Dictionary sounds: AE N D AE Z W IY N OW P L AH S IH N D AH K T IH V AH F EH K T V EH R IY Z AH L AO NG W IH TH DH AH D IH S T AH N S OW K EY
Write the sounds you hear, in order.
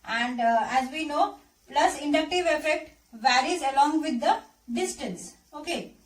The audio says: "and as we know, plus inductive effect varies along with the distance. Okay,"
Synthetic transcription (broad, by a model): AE N D AE Z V IY N OW P L AH S IH N D AH K T IH V AH F EH K T V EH R IY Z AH L AO NG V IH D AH D IH S T AH N S OW K EY